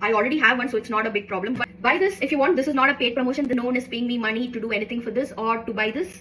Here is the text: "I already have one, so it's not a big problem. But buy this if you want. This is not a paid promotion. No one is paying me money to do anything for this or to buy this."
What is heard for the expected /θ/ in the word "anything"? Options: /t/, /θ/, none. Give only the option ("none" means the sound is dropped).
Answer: /t/